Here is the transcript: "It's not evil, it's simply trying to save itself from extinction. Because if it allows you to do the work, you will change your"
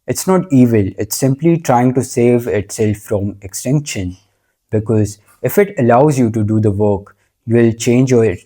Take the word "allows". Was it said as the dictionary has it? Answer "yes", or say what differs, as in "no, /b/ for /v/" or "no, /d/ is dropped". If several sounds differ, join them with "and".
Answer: yes